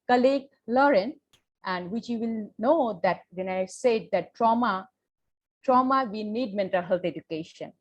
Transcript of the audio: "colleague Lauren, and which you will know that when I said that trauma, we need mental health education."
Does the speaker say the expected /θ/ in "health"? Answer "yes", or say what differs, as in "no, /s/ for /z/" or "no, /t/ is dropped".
no, /t/ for /θ/